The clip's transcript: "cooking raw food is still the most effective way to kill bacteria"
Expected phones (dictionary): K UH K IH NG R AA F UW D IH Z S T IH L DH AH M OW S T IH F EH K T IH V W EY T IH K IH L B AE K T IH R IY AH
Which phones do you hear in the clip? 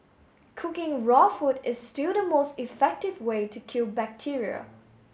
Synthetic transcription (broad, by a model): K UH K IH NG R AA F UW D IH Z S T IH L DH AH M OW S T IH F EH K T IH V W EY T IH K IH L B AE K T IH R IY AH